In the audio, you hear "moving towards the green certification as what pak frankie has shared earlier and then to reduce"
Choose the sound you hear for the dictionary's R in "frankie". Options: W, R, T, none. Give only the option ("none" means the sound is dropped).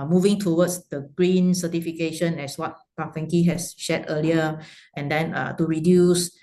none